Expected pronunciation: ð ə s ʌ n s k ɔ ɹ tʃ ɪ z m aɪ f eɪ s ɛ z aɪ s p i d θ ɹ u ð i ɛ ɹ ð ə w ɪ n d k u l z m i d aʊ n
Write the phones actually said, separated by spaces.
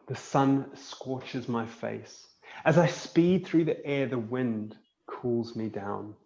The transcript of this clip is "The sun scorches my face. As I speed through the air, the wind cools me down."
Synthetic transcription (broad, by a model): ð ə s ʌ n s k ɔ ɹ tʃ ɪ z m aɪ f eɪ s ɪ z aɪ s p i d θ ɹ u ð i ɛ ɹ ð ə w ɪ n d k u l z m i d aʊ n